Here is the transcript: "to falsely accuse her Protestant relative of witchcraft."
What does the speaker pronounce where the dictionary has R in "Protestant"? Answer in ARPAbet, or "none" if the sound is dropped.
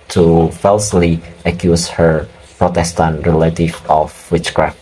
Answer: R